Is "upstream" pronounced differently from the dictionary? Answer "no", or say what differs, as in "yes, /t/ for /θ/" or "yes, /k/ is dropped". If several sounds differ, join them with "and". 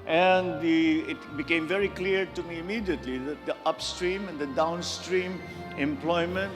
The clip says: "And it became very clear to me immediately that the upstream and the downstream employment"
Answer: no